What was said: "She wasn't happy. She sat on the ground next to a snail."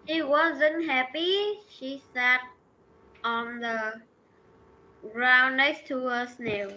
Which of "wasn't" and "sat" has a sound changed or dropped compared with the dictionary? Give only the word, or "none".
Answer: none